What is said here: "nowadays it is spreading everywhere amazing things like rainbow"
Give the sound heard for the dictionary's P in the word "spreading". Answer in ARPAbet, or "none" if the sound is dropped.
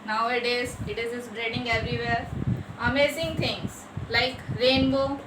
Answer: B